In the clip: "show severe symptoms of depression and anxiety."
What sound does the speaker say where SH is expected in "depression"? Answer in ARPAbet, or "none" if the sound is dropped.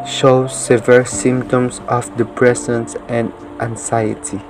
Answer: S